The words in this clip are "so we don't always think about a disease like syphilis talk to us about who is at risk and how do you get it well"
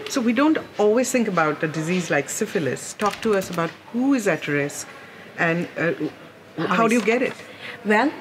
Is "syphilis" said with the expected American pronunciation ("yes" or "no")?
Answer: yes